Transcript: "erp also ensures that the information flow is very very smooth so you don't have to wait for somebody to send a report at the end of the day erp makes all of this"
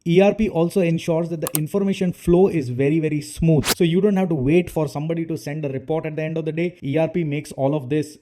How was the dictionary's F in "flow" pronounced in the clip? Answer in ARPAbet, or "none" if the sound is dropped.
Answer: F